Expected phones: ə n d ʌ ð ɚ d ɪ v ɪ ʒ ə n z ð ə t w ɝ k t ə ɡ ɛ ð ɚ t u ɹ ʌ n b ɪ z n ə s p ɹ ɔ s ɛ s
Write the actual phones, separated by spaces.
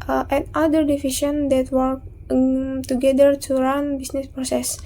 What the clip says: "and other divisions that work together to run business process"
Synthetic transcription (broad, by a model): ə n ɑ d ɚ d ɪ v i ʃ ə n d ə t w ɝ k t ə ɡ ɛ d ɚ t u ɹ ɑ n b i s n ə s p ɹ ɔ s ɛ s